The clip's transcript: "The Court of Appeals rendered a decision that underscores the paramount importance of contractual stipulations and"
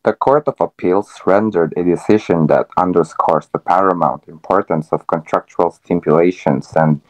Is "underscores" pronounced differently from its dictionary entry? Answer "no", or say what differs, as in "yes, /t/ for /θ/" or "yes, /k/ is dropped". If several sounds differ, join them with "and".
yes, /s/ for /z/